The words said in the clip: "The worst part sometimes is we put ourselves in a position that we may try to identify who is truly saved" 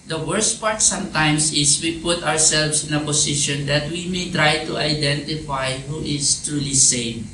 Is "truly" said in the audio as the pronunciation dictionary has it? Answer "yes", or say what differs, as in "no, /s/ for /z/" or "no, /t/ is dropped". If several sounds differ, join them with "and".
yes